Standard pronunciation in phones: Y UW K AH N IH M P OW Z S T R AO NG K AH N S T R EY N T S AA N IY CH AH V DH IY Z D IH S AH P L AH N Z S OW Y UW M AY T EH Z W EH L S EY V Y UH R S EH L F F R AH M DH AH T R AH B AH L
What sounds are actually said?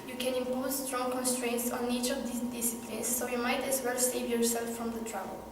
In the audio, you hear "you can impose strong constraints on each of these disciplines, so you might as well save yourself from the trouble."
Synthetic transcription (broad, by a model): Y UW K AH N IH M P OW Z S T R AO NG K AH N S T R EY N T S AA N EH CH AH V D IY D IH S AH P L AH N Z S OW Y UW M AY T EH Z W EH L S EY V Y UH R S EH L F F R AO M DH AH T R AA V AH L